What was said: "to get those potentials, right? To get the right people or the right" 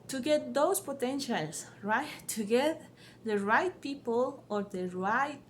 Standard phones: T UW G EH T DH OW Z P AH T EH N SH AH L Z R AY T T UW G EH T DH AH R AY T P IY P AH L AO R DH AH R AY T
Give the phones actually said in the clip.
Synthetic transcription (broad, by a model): T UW G EH T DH OW S P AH T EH N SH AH L S R AY T T UW G EH T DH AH R AY T P IY P AH L AO R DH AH R AY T